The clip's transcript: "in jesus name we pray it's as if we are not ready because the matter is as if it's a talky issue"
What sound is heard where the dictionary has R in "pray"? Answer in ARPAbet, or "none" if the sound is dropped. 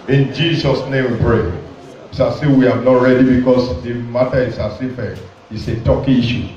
R